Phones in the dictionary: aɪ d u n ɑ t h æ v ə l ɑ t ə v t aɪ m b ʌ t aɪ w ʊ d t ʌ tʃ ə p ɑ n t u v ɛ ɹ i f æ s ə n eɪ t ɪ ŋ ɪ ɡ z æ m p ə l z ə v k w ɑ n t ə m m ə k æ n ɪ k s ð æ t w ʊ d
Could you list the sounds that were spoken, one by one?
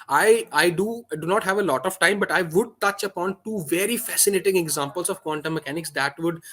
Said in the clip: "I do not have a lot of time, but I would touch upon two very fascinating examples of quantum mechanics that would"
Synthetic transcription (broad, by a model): aɪ d u n ɑ t h æ v ə l ɑ t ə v t aɪ m b ʌ t aɪ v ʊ d t ʌ tʃ ə p ɑ n t u v ɛ ɹ i f æ s ə n eɪ t ɪ ŋ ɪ ɡ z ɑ m p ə l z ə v k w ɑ n t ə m m ə k æ n ɪ k s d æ t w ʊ d